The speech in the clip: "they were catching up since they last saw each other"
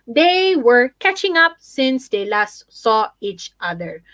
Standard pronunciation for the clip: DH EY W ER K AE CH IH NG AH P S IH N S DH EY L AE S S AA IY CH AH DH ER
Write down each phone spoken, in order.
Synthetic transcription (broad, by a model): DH EY W ER K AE CH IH NG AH P S IH N S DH EY L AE S S AA IY CH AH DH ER